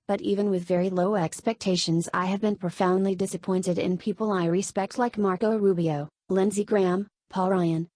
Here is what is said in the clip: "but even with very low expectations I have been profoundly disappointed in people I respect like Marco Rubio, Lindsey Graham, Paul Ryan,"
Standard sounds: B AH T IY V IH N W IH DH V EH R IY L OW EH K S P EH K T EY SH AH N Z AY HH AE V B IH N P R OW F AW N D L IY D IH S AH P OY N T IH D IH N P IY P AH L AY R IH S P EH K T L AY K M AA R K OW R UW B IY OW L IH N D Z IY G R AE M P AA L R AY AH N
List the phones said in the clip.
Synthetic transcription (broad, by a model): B AH T IY V IH N W IH DH V EH R IY L OW EH K S P EH K T EY SH AH N Z AY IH V B IH N P R OW F AW N D L IY D IH S AH P OY N T IH D IH N P IY P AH L AY R IH S P EH K T L AY K M AA R K OW R UW B IY OW L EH N Z IY G R AE M P AA L R AY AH N